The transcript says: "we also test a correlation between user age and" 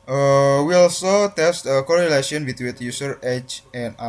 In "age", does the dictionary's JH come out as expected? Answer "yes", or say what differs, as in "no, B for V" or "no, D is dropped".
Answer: no, CH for JH